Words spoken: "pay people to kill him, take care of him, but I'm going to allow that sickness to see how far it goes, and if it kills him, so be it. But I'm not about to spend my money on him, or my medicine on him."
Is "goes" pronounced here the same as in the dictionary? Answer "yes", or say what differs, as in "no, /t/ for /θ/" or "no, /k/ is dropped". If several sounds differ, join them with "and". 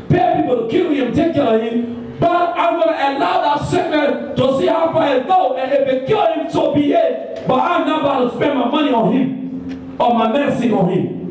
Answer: no, /z/ is dropped